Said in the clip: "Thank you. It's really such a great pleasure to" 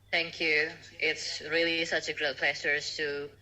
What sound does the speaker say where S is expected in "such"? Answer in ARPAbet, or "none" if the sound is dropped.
S